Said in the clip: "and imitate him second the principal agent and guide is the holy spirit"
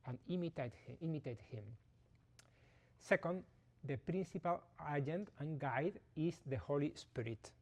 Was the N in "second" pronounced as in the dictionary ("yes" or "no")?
yes